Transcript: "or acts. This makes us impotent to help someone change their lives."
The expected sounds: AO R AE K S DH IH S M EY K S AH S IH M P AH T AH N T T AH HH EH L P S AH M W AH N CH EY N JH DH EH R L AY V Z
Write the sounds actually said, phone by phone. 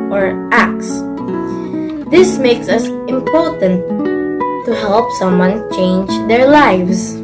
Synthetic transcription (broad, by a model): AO R AE K S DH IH S M EY K S AH S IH M P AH T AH N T T AH HH EH L P S AH M W AH N CH EY N JH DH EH R L AY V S